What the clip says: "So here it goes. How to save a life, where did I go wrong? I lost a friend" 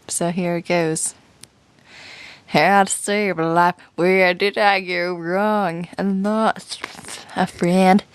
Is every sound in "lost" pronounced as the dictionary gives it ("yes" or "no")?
no